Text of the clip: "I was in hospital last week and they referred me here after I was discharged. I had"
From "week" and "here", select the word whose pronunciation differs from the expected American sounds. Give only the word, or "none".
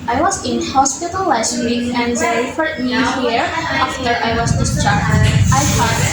week